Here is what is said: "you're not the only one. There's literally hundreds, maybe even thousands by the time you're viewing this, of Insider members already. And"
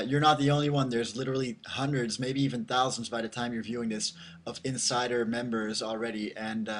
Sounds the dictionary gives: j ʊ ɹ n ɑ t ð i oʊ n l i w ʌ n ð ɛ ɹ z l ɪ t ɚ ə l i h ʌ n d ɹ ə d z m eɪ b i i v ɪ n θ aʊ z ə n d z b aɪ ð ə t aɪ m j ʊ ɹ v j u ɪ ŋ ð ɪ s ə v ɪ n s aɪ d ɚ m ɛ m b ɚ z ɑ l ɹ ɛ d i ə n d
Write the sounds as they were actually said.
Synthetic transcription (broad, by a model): j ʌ ɹ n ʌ t ð i oʊ n l i w ʌ n ð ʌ ɹ z l ɪ t ɚ l i h ʌ n d ɹ ə d z m eɪ b i i v ɪ n θ aʊ z n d z b aɪ ð ə t aɪ m j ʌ ɹ v j u ɪ ŋ ð ɪ s ə v ɪ n s aɪ d ɚ m ɛ m b ɚ z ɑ l ɹ ɛ d i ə n